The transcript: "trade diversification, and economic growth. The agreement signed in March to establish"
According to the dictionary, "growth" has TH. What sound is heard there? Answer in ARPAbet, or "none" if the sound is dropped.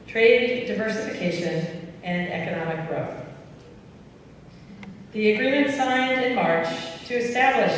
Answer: TH